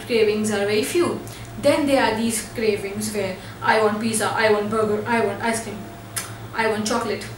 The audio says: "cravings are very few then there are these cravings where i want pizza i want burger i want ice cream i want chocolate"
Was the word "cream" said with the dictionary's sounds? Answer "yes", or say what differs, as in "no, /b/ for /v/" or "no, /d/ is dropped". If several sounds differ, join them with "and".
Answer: no, /ɹ/ is dropped